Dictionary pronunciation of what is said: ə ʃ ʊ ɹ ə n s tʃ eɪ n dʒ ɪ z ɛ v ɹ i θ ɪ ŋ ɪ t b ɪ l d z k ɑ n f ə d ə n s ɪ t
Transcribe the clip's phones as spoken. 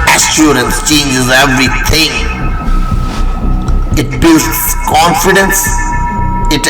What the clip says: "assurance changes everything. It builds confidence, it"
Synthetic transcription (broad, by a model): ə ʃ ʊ ɹ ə n s tʃ eɪ n dʒ ɪ z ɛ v ɹ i t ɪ ŋ ɪ t b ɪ l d s k ɑ n f ə d ə n s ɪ t